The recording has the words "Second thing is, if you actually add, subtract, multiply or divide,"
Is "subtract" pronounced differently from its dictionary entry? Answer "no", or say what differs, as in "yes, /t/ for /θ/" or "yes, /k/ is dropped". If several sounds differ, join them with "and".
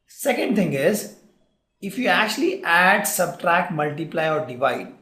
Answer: no